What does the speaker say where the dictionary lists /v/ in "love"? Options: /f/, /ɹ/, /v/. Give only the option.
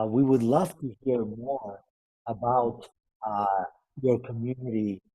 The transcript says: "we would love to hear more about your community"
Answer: /f/